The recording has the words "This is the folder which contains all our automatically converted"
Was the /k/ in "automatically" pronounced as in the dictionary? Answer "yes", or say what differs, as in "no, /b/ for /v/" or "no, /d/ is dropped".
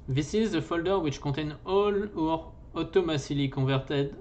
no, /k/ is dropped